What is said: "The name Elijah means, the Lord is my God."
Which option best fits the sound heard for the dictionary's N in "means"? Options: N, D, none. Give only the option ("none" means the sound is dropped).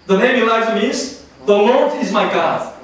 none